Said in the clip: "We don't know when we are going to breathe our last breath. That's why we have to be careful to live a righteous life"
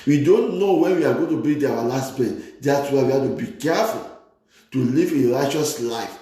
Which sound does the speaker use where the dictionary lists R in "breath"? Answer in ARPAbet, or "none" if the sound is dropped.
none